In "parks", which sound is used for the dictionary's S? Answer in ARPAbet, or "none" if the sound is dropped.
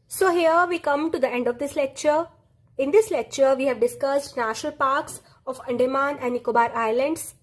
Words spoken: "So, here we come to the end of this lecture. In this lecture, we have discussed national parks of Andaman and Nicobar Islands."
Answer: S